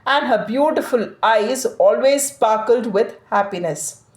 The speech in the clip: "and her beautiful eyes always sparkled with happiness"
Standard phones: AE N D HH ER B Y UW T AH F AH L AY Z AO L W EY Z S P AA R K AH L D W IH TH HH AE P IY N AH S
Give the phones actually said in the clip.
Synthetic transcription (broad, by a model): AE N D HH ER B Y UW T AH F AH L AY Z AO L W EY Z S P AA R K AH L D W IH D HH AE P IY N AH S